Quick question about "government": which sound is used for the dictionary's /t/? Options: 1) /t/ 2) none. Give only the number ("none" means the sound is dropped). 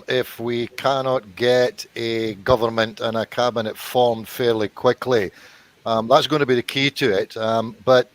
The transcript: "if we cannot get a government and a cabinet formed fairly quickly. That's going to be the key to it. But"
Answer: 1